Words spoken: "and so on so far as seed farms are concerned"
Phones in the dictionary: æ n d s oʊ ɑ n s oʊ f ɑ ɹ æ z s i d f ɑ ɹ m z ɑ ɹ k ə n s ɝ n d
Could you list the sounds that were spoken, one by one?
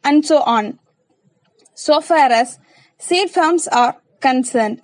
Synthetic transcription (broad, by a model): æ n d s oʊ ɑ n s oʊ f ɑ ɹ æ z s i d f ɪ l m s ɑ ɹ k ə n s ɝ n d